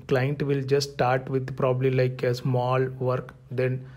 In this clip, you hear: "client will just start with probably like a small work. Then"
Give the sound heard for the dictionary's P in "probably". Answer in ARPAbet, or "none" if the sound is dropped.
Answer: P